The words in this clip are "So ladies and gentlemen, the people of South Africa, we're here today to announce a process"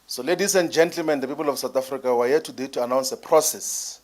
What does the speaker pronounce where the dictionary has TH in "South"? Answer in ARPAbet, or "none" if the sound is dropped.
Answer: T